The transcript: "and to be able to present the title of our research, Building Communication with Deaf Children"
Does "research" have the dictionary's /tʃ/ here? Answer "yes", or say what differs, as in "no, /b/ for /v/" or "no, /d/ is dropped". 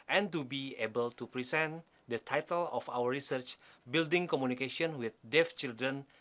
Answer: yes